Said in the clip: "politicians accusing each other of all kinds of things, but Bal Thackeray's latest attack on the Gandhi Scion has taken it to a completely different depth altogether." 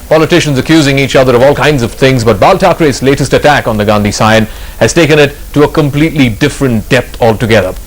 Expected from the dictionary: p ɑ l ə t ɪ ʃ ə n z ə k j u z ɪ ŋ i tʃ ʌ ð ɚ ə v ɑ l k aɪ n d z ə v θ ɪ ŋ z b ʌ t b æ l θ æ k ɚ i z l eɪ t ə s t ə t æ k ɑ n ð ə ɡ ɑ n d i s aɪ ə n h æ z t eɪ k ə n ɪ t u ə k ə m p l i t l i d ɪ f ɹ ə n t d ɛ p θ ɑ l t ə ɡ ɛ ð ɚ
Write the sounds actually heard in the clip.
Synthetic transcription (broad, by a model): p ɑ l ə t ɪ ʃ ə n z ə k j u z ɪ ŋ i tʃ ʌ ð ɚ ə v ɑ l k aɪ n d z ə v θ ɪ ŋ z b ʌ t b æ l t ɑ k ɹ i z l eɪ t ə s t ə t æ k n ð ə ɡ ɑ n d i s aɪ ə n h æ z t eɪ k ə n ɪ t u ə k ə m p l i t l i d ɪ f ɹ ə n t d ɛ p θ ɑ l t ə ɡ ɛ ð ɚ